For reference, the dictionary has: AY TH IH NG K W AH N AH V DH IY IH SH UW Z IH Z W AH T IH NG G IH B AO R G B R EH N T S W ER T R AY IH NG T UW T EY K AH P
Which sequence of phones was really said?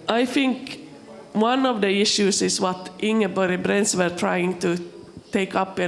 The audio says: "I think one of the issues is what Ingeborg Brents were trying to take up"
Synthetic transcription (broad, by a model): AY TH IH NG K W AH N AH V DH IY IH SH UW S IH S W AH T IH NG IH B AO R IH B R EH N S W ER T R AY IH NG T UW T EY K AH P